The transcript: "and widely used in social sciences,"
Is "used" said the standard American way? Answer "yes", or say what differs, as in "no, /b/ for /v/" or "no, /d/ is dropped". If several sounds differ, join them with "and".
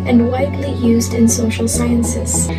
yes